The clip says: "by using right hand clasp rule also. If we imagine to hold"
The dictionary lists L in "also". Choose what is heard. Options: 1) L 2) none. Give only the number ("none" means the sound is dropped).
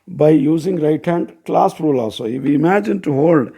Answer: 2